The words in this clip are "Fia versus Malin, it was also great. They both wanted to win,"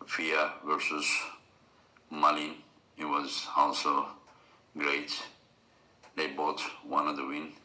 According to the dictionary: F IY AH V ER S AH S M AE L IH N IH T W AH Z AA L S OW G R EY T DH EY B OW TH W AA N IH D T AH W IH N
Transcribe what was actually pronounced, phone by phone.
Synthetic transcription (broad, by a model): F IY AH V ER S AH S M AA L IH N IH T W AH Z AA L S OW G R EY T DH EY B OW T W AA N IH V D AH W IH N